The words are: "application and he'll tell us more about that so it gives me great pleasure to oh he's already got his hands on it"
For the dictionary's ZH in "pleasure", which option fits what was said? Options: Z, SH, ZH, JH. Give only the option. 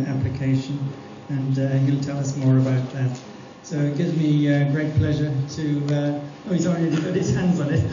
ZH